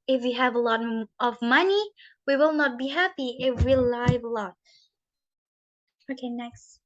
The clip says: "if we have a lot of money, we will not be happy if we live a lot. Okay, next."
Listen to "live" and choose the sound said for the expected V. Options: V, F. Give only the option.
V